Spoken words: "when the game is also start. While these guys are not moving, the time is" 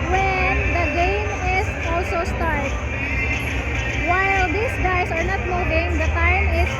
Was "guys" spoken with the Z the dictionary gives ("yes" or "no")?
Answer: no